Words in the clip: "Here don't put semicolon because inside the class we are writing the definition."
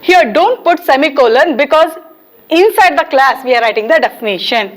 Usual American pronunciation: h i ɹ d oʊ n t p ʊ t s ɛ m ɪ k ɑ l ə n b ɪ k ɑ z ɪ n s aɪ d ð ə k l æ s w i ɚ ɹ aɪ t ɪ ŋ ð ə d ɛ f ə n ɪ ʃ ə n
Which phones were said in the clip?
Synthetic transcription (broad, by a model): h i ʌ d oʊ n t p ʊ t s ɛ m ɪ k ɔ l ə n b ɪ k ɑ z ɪ n s aɪ d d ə k l æ s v i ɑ ɹ aɪ t ɪ ŋ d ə d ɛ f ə n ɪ ʃ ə n